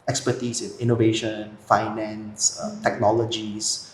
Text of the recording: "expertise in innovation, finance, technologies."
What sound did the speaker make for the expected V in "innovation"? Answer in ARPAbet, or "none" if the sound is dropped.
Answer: V